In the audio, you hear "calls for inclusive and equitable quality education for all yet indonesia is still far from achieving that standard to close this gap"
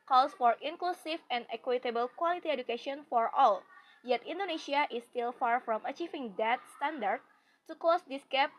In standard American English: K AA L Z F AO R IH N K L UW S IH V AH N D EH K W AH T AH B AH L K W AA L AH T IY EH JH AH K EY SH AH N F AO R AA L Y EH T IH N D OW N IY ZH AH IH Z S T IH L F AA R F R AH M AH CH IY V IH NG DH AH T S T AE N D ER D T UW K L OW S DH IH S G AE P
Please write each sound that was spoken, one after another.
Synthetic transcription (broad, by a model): K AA L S F AO R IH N K L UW S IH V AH N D EH K W AH T AH B AH L K W AA L AH T IY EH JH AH K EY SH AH N F AO R AA L Y EH T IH N D OW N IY SH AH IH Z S T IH L F AA R F R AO M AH CH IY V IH NG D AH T S T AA N D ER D T UW K OW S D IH S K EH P